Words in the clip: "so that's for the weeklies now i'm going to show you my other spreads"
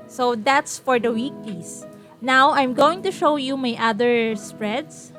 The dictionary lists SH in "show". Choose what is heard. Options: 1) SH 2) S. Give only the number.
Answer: 1